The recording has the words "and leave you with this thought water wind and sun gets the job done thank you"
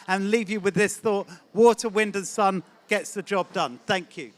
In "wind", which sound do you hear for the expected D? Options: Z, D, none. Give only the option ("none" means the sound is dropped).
D